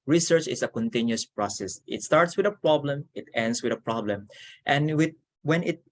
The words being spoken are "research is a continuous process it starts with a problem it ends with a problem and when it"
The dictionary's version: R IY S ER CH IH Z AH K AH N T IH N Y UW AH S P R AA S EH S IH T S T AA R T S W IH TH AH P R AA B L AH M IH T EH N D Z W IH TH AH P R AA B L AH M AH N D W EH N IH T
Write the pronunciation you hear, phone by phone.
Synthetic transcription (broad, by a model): R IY S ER CH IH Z AH K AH N T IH N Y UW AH S P R AA S EH S IH T S T AA R T S W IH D AH P R AA B L AH M IH T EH N D S W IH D AH P R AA B L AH M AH N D W EH N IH T